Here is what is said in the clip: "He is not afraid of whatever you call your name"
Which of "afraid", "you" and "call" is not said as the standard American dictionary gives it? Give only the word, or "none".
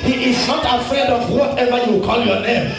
afraid